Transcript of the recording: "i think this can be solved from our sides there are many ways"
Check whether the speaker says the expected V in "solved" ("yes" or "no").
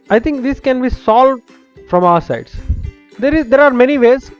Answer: yes